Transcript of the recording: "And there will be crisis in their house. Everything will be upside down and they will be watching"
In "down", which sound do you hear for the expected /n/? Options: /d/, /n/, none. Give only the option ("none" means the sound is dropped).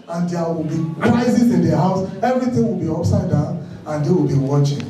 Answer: none